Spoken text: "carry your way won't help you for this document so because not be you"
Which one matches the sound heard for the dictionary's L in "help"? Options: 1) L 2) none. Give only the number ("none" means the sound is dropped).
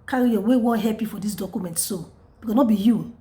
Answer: 2